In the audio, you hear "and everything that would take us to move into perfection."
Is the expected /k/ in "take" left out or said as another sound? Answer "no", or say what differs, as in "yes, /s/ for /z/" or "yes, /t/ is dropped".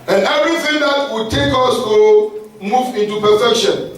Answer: no